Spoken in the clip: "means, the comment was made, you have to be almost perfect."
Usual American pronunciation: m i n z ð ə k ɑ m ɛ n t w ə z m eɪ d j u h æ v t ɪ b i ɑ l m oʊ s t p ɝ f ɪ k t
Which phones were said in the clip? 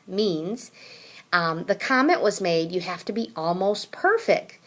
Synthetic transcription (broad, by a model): m i n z ð ə k ɑ m ɛ n t w ə z m eɪ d j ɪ h æ f t ɪ b i ɑ l m oʊ s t p ɝ f ɪ k t